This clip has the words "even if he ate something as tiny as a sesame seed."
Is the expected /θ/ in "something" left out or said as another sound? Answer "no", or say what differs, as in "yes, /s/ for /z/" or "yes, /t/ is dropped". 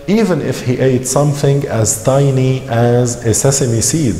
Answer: no